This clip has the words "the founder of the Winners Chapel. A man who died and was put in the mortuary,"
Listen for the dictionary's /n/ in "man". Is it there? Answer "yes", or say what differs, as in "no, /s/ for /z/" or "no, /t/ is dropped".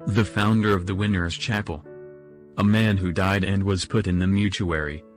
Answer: yes